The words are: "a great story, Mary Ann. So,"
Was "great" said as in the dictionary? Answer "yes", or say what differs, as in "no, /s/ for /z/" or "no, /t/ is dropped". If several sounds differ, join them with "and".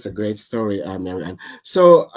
yes